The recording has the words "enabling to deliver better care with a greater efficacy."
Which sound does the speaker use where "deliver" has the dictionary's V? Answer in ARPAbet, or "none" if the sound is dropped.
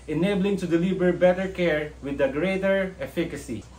B